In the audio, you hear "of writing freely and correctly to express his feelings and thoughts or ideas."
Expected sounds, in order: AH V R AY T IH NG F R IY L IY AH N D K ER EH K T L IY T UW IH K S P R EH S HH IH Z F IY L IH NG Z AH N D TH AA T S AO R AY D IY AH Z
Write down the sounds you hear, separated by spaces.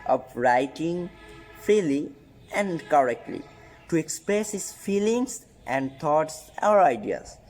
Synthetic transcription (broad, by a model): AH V R AY T IH NG F R IY L IY AH N D K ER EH K T L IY T UW IH K S P R EH S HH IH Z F IY L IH NG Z AH N D T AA T S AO R AY D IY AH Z